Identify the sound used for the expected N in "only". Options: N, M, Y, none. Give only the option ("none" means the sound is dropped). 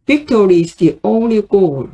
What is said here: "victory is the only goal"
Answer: N